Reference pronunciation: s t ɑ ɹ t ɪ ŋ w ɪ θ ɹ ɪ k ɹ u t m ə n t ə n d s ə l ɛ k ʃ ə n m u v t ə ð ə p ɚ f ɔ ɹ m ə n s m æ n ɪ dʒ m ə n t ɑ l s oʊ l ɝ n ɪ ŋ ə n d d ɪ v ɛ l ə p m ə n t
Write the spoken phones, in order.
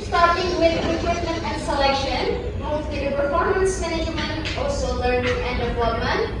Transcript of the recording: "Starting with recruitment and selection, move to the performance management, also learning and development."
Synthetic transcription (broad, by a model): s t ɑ ɹ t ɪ ŋ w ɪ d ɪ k w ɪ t m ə n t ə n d s ə l ɛ k ʃ ə n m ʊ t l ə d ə p ɚ f ɔ ɹ m ə n s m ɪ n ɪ m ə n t ɑ l s oʊ l ɝ n ɪ ŋ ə n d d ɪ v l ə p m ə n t